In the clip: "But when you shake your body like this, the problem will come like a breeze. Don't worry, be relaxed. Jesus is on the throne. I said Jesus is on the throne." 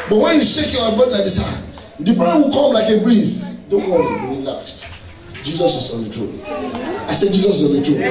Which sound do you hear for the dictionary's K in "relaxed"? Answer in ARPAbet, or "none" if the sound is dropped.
none